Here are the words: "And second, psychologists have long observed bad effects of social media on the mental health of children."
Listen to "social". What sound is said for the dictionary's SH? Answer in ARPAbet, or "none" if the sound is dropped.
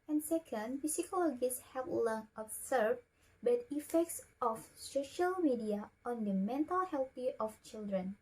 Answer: SH